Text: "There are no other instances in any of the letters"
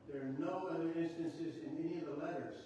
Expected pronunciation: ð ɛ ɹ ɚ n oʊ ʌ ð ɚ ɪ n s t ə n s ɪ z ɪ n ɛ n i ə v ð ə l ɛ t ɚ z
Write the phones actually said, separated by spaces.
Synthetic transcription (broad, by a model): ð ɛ ɹ n oʊ ʌ ð ɚ ɪ n s t ə n s ɪ z ɪ n ɛ n i ə v ð ə l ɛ t ɚ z